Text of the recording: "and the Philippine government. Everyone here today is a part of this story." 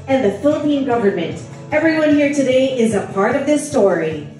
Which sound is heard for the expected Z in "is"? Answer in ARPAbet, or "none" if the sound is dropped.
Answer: Z